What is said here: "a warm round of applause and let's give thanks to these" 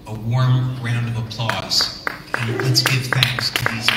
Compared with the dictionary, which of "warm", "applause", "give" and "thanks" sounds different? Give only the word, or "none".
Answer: none